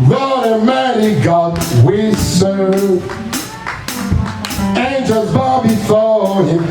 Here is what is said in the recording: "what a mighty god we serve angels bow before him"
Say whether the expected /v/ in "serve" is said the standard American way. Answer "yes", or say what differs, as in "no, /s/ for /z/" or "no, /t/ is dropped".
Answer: no, /v/ is dropped